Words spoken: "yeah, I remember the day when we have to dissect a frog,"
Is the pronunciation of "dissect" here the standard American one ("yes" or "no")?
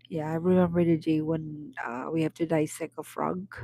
no